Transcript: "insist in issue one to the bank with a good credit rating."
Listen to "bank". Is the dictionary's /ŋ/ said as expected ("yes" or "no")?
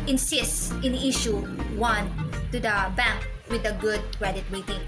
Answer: yes